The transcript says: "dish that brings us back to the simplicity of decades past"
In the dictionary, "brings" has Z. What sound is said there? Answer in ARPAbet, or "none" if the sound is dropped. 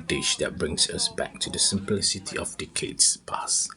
S